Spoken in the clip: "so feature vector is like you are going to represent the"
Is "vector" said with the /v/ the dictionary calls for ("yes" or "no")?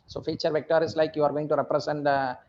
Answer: yes